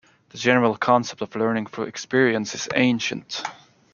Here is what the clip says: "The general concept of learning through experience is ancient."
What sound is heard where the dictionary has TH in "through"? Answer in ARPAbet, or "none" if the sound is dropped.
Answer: F